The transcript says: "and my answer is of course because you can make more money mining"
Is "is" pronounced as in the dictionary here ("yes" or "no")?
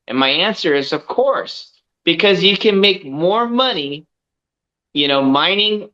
yes